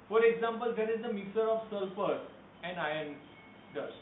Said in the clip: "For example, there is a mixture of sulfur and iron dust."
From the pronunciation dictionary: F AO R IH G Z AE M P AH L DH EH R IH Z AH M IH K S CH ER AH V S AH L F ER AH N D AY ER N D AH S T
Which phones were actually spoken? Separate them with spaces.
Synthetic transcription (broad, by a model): F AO R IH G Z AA M P AH L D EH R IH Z AH M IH K S ER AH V S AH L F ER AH N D AY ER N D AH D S